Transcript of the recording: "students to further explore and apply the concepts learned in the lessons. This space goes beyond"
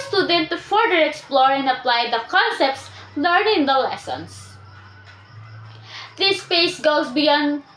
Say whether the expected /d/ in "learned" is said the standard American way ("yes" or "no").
no